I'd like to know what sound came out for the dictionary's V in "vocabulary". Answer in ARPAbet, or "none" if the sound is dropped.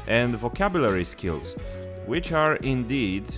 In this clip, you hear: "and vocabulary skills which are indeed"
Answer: V